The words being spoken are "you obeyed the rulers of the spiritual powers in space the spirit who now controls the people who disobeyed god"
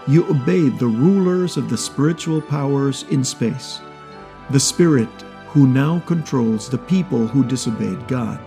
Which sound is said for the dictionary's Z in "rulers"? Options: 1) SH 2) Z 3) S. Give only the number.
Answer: 2